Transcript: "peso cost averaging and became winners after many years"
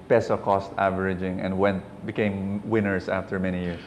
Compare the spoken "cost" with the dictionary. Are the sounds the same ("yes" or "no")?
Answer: yes